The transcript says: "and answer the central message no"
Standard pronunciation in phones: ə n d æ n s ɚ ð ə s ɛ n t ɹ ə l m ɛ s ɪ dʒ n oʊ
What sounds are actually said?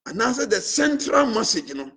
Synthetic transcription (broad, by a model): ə n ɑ s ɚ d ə s ɛ n t ɹ ə l m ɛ s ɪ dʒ n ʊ